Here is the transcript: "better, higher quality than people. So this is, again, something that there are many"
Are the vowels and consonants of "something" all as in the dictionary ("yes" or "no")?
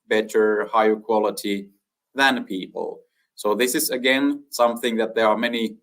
yes